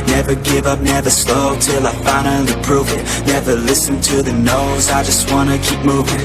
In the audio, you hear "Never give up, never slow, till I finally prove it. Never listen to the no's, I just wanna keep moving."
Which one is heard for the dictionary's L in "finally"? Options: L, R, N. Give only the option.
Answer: N